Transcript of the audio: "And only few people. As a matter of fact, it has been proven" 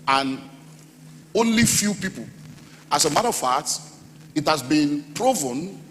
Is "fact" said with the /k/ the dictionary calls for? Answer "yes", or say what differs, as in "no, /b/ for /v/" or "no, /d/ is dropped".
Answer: no, /k/ is dropped